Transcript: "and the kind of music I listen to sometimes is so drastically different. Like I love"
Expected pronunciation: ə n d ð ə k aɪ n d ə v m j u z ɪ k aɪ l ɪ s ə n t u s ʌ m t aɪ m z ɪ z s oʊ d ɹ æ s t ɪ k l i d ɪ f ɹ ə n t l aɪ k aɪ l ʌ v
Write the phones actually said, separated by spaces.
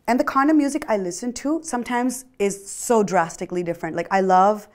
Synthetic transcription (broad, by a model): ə n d ð ə k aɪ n ə m j u z ɪ k aɪ l ɪ s ə n t u s ʌ m t aɪ m z ɪ z s oʊ d ɹ æ s t ɪ k l i d ɪ f ɹ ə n t l aɪ k aɪ l ʌ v